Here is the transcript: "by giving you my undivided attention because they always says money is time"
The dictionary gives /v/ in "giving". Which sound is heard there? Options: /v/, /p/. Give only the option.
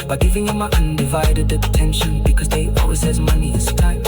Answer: /v/